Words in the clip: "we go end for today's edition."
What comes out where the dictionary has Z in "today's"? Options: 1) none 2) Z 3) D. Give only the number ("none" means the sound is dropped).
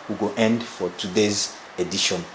2